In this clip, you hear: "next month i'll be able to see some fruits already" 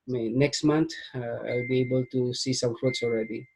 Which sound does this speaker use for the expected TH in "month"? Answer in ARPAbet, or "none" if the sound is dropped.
T